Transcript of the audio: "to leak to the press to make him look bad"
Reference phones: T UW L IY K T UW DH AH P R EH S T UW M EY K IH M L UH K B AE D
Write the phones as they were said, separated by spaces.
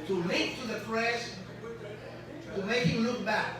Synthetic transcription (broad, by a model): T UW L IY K T UW DH AH F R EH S T UW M EY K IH L UH K B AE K